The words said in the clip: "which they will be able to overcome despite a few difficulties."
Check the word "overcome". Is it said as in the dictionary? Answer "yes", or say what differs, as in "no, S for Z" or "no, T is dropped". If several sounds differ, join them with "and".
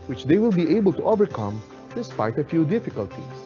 yes